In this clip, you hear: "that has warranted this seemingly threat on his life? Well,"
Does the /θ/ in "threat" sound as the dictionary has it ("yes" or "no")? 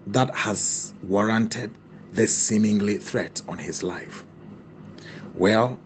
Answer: yes